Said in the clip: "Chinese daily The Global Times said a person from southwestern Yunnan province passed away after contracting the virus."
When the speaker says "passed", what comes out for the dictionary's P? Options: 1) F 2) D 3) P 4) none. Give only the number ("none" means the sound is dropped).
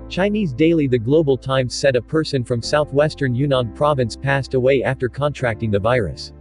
3